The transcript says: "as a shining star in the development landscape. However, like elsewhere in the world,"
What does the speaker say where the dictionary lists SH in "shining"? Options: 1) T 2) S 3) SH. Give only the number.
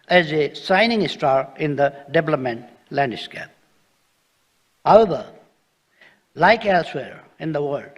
2